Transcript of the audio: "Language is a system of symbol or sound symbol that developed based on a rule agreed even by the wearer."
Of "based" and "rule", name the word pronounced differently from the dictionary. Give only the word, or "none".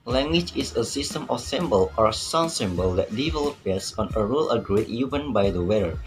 based